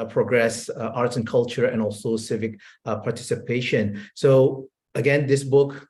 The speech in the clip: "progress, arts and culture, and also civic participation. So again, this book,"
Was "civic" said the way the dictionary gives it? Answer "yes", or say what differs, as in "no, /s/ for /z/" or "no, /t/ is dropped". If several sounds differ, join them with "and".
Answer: yes